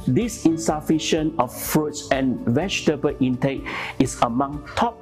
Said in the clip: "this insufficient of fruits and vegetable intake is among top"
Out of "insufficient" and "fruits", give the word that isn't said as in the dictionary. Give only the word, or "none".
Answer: insufficient